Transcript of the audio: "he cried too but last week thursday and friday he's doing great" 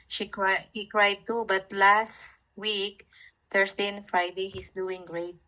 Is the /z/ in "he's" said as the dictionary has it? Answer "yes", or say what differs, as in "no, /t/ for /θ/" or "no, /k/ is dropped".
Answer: no, /s/ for /z/